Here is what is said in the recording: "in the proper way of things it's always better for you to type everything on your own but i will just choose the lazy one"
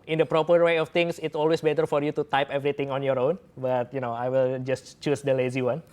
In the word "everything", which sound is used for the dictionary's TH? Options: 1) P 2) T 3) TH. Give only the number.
2